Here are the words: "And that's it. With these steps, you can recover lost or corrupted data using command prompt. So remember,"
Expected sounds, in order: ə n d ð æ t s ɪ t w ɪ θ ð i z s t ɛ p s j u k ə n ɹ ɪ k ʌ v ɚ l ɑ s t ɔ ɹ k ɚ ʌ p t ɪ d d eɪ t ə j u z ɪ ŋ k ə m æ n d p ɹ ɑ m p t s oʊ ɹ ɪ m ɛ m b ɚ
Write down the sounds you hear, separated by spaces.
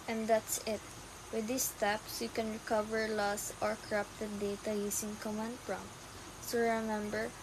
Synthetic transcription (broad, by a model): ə n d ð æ t s ɪ t w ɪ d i s t ɛ p s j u k ə n ɹ ɪ k ʌ v ɚ l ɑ s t ɔ ɹ k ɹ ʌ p t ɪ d d eɪ t ə j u s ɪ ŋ k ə m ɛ n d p ɹ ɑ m t s oʊ ɹ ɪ m ɛ m b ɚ